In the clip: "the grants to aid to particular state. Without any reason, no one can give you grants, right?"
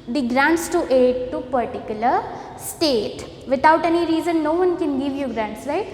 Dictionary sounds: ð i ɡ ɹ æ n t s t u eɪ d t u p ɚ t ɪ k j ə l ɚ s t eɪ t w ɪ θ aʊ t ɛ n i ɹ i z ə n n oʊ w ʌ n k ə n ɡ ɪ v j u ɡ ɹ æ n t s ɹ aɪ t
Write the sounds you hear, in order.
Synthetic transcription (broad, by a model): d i ɡ ɹ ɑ n t s t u eɪ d t u p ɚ t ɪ k j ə l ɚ s t eɪ t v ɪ t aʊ t ɛ n i ɹ i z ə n n oʊ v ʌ n k ə n ɡ ɪ v j u ɡ ɹ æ n t s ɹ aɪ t